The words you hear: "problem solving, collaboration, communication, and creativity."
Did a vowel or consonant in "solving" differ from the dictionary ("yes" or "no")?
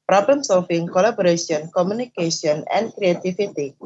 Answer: yes